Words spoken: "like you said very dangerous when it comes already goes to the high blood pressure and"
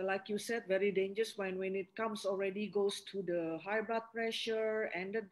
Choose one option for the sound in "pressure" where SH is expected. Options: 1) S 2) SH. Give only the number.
2